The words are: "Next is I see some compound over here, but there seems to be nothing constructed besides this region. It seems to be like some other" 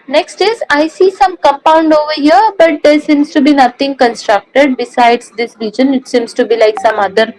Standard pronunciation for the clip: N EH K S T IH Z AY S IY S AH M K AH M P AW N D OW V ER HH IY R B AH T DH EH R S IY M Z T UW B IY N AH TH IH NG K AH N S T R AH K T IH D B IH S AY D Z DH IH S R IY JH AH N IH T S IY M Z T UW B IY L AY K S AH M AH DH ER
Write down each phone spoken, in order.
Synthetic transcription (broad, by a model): N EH K S T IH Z AY S IY S AH M K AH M P AW N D OW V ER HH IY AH B AH T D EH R S IY M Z T UW B IY N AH T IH NG K AH N S T R AH K T IH D B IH S AY D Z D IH S R IY JH AH N IH T S IY M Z T UW B IY L AY K S AH M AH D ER